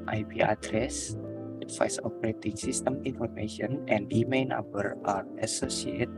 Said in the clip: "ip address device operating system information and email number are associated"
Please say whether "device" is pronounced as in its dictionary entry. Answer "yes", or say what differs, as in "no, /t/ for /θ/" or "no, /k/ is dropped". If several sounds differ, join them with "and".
no, /f/ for /v/